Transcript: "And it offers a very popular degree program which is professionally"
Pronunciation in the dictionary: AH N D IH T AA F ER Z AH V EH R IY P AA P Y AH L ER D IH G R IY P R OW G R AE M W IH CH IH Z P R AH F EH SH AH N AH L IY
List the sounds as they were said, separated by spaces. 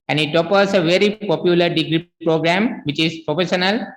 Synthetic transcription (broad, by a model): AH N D IH T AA P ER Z AH V EH R IY P AA P Y AH L ER D IH G R IY P R OW G R AE M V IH CH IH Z P R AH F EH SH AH N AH L